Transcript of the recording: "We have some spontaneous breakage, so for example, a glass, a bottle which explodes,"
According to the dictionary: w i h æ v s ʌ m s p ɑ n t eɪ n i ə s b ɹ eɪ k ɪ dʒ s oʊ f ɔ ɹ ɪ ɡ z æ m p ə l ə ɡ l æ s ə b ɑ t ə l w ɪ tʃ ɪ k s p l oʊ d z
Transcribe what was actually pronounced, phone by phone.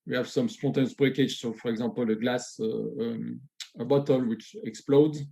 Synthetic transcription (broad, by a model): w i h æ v s ʌ m s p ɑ t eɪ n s b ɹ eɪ k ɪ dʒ s oʊ f ɔ ɹ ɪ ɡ z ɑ p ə l ə ɡ l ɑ s ə b ɑ t ə l w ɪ tʃ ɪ k s p l oʊ d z